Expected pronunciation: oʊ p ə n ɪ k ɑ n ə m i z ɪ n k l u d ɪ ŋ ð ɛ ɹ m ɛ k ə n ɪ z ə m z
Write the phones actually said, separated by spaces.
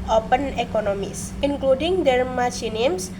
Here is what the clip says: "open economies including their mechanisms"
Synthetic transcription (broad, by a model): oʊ p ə n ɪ k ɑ n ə m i s ɪ n k l u d ɪ ŋ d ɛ ɹ m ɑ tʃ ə n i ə m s